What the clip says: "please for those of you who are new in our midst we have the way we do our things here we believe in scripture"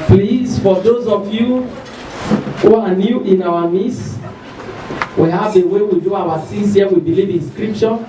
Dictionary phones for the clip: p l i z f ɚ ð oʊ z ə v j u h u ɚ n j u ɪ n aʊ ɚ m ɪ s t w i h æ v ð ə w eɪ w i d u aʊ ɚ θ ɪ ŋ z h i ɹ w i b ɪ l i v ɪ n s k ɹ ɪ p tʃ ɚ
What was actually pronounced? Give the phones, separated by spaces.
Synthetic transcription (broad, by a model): p l i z f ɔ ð oʊ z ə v j u h u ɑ n j u ɪ n aʊ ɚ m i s w i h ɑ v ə w eɪ w i d u aʊ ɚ s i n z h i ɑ w i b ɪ l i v ɪ n s k ɹ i p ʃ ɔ